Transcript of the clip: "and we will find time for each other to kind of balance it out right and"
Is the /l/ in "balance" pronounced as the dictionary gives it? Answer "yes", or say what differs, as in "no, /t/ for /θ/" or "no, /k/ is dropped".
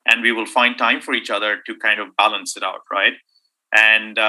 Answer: yes